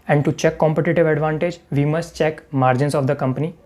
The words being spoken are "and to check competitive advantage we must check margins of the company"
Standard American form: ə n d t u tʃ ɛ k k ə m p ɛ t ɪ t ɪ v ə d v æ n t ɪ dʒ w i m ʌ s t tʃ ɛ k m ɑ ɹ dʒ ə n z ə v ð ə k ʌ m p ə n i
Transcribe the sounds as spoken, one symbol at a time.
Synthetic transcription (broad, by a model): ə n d t u tʃ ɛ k k ə m p ɛ t ɪ t ɪ v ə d v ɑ n t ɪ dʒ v i m ʌ s t tʃ ɛ k m ɑ ɹ dʒ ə n s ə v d ə k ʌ m p ə n i